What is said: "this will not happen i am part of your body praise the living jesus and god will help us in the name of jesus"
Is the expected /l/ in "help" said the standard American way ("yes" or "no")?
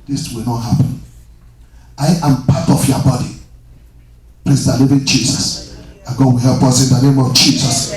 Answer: no